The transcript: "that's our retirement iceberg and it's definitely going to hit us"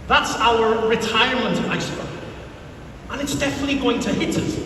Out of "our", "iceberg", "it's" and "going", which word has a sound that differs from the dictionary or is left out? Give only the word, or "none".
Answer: iceberg